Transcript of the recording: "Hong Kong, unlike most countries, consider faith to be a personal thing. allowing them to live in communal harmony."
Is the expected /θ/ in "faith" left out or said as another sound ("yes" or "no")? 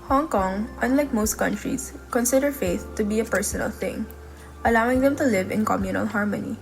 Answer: no